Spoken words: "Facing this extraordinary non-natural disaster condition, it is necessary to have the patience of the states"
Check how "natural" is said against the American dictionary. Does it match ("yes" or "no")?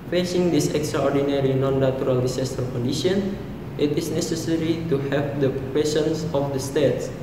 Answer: no